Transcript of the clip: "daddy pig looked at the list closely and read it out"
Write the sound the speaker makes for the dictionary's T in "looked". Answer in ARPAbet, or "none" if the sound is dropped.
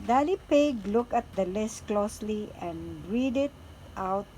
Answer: none